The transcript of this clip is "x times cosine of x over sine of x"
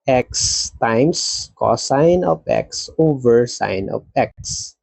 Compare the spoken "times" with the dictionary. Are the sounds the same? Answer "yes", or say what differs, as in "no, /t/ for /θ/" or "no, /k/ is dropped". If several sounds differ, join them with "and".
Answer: no, /s/ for /z/